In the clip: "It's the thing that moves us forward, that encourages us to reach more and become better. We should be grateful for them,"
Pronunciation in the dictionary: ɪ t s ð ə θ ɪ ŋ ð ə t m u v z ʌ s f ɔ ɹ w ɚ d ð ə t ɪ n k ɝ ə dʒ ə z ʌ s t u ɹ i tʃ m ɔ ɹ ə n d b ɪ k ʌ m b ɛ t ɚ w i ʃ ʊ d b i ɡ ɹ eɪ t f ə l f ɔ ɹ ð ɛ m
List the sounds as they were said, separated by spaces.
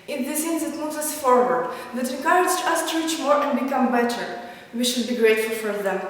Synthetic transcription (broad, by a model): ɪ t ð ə s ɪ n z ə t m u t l ʌ s f ɔ ɹ w ɚ d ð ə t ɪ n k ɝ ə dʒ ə ʌ s t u ɹ i tʃ m ɔ ɹ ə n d b ɪ k ʌ m b ɛ t ɚ w i ʃ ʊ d b i ɡ ɹ eɪ t f ə l f ɔ ɹ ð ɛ m